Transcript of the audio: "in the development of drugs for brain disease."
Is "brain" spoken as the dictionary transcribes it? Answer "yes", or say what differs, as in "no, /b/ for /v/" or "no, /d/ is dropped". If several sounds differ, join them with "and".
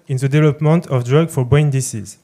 no, /ɹ/ is dropped